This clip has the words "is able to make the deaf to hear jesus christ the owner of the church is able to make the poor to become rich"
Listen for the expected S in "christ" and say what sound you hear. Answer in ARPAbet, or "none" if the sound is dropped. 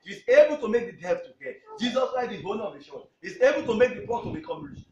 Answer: none